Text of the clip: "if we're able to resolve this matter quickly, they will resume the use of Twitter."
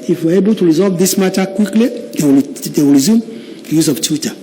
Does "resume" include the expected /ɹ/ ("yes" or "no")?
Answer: yes